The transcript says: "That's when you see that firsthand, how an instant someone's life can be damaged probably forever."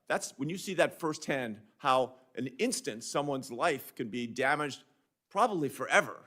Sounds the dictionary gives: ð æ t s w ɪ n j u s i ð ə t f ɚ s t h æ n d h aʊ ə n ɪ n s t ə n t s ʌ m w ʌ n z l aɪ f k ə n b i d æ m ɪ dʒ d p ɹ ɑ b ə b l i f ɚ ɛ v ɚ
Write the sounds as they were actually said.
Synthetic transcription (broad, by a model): ð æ t s w ɪ n j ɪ s i ð ə t f ɚ s t h æ n d h aʊ ə n ɪ n s t ə n t s ʌ m w ʌ n z l aɪ f k ə n b i d æ m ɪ dʒ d p ɹ ɑ b ə b l i f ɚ ɛ v ɚ